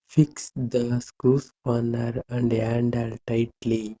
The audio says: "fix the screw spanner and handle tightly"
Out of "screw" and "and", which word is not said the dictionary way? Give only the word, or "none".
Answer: screw